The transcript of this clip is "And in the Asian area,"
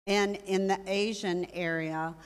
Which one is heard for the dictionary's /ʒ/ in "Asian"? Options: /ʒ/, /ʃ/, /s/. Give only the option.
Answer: /ʒ/